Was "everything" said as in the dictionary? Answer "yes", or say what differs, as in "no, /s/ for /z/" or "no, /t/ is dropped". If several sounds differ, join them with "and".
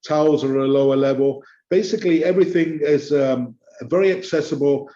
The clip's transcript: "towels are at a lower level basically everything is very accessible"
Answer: yes